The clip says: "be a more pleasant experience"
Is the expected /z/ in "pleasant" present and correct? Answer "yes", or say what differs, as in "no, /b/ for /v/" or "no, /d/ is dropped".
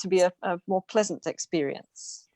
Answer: yes